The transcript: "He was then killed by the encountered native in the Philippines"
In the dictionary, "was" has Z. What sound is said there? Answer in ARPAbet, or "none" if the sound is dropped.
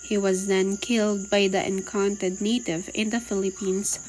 Z